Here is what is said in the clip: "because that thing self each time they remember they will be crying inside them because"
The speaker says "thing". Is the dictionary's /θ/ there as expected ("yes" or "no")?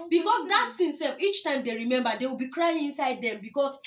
no